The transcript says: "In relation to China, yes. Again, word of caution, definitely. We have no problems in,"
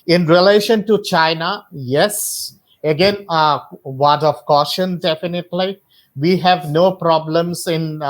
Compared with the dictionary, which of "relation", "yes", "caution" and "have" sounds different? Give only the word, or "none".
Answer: none